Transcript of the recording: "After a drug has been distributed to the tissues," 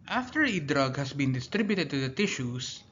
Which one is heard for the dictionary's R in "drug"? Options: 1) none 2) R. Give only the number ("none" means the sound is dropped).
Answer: 2